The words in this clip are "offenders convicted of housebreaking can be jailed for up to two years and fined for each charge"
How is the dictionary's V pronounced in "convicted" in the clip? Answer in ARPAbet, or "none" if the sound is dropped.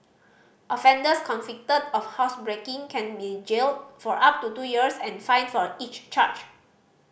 F